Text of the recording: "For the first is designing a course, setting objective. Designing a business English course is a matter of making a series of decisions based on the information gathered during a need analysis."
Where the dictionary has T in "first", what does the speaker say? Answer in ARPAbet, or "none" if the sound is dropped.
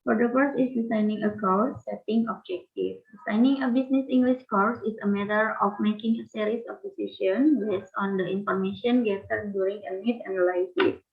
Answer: none